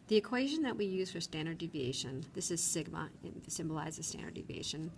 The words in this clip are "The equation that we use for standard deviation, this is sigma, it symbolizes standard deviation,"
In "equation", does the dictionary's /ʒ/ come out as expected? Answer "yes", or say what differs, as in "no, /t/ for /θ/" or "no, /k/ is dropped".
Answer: yes